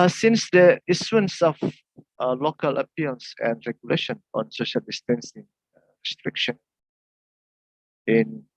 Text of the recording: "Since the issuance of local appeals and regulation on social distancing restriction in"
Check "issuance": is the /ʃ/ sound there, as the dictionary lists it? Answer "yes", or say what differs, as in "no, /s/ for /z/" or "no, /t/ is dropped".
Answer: no, /s/ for /ʃ/